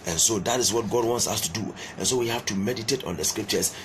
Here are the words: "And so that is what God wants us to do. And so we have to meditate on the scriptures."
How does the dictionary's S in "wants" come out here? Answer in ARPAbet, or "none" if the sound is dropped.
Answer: S